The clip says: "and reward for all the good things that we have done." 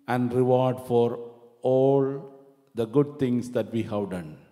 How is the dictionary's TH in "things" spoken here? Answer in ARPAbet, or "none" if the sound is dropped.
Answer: T